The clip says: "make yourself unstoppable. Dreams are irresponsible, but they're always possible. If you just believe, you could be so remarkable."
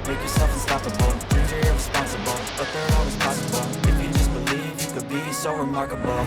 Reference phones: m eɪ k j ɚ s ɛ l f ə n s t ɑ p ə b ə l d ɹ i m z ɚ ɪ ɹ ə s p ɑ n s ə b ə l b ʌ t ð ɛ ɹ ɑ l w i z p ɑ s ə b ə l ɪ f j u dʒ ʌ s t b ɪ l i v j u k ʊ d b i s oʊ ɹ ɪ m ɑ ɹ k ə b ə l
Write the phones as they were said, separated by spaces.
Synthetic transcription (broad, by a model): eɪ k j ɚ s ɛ f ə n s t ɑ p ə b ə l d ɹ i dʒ ɚ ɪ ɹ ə s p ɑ n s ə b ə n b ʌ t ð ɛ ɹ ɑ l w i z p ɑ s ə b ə n ɪ f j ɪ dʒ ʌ s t b ɪ l i v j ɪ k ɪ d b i s oʊ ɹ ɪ m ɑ ɹ k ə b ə